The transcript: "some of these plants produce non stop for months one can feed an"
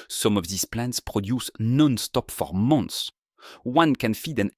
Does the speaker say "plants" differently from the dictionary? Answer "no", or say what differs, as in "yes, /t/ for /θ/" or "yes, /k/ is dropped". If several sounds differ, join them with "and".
no